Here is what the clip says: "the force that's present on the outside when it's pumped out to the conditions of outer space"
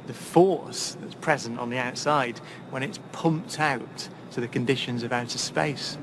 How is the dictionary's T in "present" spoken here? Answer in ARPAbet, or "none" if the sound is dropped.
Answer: T